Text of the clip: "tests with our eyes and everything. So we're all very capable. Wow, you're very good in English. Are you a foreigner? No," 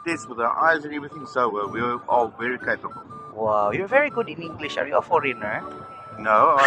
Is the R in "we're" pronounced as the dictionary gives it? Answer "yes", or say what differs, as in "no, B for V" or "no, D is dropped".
no, W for R